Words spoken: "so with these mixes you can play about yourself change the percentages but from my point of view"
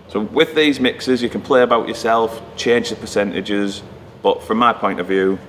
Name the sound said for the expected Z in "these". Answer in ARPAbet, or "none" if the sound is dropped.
Z